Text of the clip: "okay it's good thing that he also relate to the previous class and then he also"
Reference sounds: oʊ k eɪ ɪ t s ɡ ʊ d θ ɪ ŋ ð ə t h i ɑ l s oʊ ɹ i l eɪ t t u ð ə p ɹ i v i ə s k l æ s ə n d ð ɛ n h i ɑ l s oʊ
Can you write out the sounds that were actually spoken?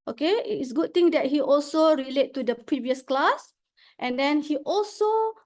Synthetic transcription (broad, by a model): oʊ k eɪ ɪ t s ɡ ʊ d t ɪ ŋ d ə t h i ɑ l s oʊ ɹ i l eɪ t t u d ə p ɹ i v i ə s k l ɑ s ə n d ɛ n h i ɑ l s oʊ